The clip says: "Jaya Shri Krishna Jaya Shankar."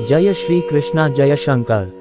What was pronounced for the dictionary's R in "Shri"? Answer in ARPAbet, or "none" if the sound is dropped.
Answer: R